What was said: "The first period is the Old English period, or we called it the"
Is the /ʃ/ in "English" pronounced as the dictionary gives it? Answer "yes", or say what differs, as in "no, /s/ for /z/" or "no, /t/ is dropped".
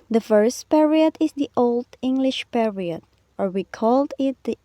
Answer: yes